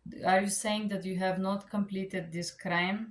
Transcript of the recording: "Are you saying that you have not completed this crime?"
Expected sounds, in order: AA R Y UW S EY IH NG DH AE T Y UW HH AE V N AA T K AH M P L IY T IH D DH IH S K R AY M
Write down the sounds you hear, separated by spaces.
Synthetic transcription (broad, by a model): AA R Y UW S EY IH NG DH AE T Y UW HH AE V N AA T K AH M P L IY T IH D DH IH S K R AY M